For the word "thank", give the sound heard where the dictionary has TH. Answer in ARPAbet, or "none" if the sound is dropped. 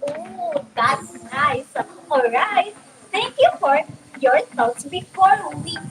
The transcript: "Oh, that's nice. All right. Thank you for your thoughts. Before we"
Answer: T